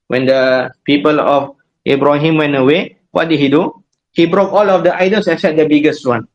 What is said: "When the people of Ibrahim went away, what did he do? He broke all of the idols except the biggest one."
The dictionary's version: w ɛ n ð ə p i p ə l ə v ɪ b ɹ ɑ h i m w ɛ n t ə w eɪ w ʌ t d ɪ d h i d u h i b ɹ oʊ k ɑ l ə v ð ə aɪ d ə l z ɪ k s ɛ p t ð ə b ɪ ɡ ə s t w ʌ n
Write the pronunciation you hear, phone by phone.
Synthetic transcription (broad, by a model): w ɛ n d ə p i p ə l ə f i b ɹ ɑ h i m w ɛ n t ə w eɪ w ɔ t d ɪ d h i d u h i b ɹ oʊ k ɑ l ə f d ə aɪ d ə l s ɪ s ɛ t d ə b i ɡ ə s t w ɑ n